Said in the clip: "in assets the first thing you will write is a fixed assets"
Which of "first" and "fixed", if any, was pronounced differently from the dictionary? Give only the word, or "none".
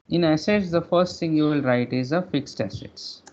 none